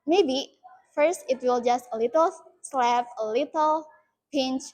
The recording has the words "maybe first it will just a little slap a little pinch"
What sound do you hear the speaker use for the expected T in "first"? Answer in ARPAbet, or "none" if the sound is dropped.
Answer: T